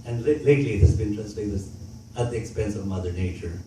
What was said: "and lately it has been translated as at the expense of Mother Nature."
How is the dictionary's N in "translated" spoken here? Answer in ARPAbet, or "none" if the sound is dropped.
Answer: none